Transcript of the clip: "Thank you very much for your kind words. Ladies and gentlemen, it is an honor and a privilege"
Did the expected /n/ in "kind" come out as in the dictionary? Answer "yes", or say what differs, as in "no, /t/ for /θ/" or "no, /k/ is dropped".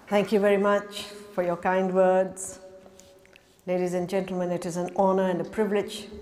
yes